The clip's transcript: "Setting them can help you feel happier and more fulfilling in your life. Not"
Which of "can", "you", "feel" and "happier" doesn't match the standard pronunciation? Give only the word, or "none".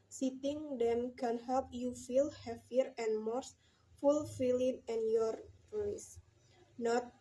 happier